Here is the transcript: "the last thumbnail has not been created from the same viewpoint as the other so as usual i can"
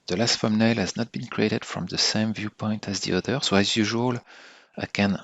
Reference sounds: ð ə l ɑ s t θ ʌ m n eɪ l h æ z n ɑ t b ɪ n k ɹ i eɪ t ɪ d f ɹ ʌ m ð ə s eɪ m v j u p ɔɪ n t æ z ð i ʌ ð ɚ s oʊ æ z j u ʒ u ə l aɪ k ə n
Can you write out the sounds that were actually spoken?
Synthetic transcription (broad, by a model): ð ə l ɑ s t f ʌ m n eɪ l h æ z n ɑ t b ɪ n k ɹ i eɪ t ɪ d f ɹ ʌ m ð ə s eɪ m v j u p ɔɪ n t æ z ð i ʌ ð ɚ s oʊ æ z j u ʒ u ə l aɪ k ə n